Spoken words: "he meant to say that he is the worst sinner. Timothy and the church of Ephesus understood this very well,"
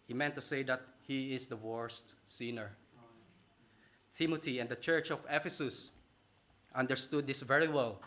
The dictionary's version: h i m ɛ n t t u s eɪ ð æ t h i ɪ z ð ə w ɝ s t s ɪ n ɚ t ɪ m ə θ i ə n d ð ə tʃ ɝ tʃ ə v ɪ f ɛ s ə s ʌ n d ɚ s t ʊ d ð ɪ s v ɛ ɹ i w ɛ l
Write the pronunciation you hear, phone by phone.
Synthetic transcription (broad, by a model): h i m ɛ n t t u s eɪ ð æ t h i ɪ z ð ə w ɝ s t s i n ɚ t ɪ m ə t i ə n d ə tʃ ɝ tʃ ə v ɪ f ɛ s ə s ʌ n d ɚ s t ʊ d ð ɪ s v ɛ ɹ i w ɛ l